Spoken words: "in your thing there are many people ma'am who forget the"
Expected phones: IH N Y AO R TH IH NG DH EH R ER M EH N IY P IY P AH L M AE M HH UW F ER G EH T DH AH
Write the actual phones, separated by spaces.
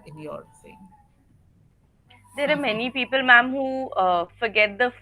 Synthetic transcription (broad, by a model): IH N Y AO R S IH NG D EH R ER M EH N IY P IY P AH L M AE M HH UW F ER G EH T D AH